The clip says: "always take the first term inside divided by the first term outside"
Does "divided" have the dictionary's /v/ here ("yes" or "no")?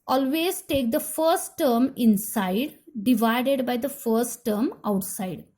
yes